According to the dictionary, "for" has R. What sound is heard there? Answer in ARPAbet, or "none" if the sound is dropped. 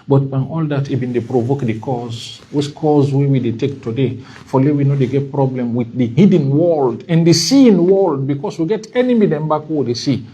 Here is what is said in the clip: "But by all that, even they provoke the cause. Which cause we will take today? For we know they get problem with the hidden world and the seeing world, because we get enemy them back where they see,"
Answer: L